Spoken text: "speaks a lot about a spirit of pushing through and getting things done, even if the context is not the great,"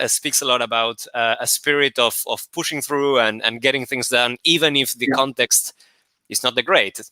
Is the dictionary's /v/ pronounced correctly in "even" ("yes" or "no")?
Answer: yes